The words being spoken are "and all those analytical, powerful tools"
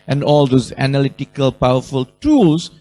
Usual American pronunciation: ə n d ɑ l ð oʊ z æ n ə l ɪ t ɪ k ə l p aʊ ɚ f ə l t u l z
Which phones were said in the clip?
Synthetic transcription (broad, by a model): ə n d ɑ l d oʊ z æ n ə l ɪ t ɪ k ə l p aʊ ɚ f ə l t u l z